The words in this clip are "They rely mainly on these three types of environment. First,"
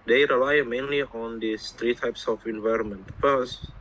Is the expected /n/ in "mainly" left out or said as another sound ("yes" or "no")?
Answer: no